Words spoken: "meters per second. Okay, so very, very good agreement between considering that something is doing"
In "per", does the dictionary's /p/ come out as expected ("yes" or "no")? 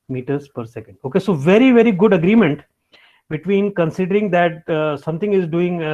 yes